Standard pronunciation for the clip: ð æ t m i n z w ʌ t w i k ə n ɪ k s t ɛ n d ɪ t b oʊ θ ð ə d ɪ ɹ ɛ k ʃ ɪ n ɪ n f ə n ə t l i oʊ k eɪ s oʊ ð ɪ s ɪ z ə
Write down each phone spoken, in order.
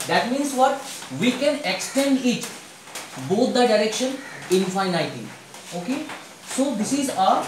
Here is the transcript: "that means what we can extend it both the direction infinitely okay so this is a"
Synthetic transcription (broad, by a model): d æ t m i n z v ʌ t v i k ə n ɪ k s t ɛ n d ɪ t b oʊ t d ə d ɪ ɹ ɛ k ʃ ɪ n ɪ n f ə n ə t i oʊ k eɪ s oʊ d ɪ s ɪ z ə